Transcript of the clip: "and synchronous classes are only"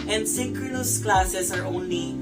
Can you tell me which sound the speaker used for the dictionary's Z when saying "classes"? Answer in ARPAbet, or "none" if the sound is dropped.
S